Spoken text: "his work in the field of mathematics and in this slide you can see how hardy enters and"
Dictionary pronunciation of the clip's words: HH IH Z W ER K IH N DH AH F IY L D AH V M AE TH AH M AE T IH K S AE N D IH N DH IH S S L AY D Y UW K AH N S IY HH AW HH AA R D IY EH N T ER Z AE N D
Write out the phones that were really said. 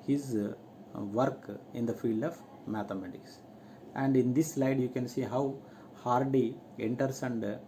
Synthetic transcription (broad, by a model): HH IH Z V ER K IH N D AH F IY L D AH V M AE T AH M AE T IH K S AE N D IH N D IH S S L AY D Y UW K AH N S IY HH AW HH AA R D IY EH N T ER S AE N D